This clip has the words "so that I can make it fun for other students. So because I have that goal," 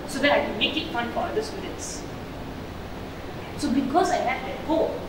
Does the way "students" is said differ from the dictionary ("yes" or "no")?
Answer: yes